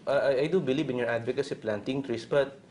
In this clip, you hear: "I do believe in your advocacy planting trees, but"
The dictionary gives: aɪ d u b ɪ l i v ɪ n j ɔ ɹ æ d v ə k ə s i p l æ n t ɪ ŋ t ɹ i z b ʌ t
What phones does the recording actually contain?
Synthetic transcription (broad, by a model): aɪ d u b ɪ l i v ɪ n j ɔ ɹ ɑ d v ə k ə s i p l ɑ n t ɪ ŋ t ɹ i s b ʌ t